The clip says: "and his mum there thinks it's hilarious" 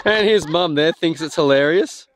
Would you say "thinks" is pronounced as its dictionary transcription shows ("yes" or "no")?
yes